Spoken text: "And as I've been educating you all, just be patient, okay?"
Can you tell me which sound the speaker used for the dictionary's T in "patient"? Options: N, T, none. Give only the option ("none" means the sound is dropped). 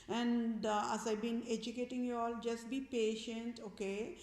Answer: T